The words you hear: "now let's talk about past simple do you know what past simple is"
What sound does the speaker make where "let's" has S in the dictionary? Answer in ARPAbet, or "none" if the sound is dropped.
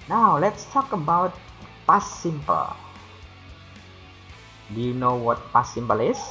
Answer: S